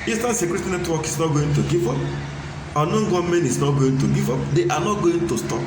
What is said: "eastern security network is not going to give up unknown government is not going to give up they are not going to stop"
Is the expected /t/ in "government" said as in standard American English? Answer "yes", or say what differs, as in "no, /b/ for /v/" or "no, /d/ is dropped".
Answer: no, /t/ is dropped